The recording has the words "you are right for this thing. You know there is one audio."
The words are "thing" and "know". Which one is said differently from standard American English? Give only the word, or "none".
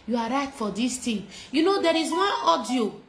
thing